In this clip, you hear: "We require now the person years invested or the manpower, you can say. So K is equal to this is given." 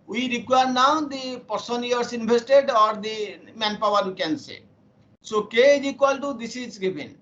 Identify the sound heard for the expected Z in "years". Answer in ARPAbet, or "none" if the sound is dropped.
S